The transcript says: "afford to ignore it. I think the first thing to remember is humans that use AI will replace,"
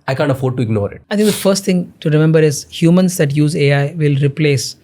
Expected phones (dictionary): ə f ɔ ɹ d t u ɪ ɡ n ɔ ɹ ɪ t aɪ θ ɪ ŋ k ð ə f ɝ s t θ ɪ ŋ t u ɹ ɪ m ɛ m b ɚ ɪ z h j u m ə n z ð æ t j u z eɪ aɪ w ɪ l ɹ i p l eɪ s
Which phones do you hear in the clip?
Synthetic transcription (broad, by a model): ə f ɔ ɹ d t u ɪ ɡ n ɔ ɹ ɪ t aɪ t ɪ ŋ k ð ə f ɝ s t t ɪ ŋ t u ɹ ɪ m ɛ m b ɚ ɪ z h j u m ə n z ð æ t j u z eɪ aɪ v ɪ l ɹ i p l eɪ s